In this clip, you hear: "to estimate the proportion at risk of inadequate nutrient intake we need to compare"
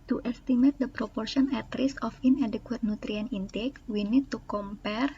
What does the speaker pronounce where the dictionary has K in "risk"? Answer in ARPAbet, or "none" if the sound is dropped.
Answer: none